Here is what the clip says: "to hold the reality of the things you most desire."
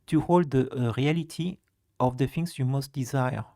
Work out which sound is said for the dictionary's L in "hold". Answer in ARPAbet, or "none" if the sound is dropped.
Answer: L